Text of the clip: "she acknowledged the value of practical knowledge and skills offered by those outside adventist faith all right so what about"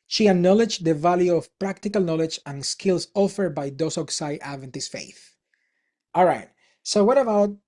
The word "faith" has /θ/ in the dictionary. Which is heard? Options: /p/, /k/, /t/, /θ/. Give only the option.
/θ/